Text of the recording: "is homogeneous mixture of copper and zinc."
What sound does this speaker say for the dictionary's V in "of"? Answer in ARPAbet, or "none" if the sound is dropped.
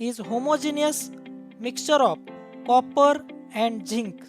P